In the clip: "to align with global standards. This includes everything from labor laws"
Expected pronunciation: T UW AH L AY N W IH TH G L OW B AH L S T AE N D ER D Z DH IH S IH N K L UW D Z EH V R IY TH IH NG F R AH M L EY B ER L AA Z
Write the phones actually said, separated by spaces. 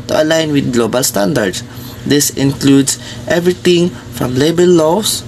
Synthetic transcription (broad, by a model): T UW AH L AY N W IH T G L OW B AH L S T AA N D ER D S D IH S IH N K L UW D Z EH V R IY T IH NG F R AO M L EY B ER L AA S